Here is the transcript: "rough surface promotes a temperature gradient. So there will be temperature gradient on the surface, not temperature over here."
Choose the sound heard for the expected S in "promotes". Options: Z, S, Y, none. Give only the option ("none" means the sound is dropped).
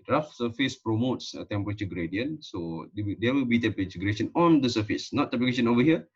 S